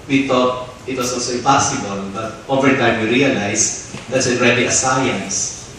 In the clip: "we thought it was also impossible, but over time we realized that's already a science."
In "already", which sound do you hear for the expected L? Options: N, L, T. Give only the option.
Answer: N